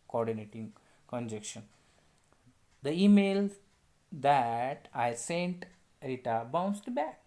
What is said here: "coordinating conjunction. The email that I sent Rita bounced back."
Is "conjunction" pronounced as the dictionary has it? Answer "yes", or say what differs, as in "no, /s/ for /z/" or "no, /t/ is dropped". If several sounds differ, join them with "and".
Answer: no, /ŋ/ is dropped